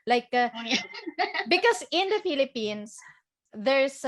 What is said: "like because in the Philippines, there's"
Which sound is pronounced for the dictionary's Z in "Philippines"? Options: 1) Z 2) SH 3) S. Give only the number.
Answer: 3